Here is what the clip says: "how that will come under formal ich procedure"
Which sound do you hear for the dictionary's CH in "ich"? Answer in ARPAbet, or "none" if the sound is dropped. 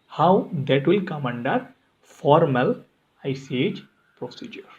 S